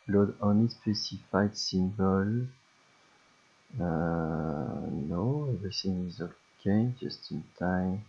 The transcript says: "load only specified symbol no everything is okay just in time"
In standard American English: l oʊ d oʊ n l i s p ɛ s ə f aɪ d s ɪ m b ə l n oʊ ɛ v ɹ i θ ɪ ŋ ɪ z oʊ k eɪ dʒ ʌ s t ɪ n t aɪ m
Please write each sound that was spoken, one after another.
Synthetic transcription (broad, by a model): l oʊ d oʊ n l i s p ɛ s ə f aɪ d s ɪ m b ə l n oʊ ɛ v i s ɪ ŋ ɪ z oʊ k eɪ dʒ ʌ s t ɪ n t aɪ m